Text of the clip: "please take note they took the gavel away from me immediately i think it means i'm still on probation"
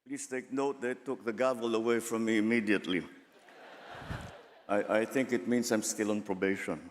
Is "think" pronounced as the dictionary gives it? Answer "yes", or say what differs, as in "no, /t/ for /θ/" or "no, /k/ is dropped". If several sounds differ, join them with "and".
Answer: yes